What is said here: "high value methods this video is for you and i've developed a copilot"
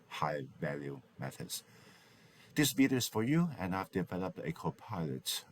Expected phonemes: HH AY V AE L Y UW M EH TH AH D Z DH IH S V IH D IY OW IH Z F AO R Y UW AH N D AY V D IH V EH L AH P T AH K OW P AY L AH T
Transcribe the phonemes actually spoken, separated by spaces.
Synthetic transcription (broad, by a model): HH AY V AE L Y UW M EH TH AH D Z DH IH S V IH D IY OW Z F AO R Y UW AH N AY V D IH V EH L AH P T AH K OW P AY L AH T